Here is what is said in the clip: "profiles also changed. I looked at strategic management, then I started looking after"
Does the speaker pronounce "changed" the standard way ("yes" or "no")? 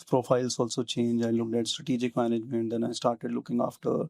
no